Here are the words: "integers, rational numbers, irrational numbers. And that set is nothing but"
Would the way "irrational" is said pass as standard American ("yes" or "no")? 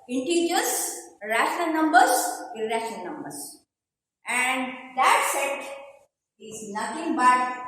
no